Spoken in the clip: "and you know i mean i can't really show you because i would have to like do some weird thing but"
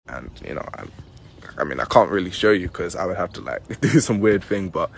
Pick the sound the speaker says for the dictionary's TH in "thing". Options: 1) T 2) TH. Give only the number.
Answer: 2